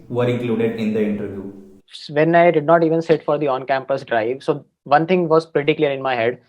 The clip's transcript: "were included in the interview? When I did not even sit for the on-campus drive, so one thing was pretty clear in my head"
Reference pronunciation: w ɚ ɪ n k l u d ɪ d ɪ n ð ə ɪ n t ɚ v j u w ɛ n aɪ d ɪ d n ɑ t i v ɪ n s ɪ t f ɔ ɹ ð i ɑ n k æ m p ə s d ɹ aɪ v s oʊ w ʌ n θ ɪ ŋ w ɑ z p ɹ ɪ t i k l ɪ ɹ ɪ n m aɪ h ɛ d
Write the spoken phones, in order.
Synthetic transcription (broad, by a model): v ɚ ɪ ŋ k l u d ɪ d ɪ n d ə ɪ n t ɚ v j u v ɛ n aɪ d ɪ d n ɑ t i v ɪ n s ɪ t f ɔ ɹ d i ɑ n k æ m p ə s d ɹ aɪ v s oʊ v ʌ n t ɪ ŋ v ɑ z p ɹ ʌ t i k l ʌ ɹ ɪ n m aɪ h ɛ d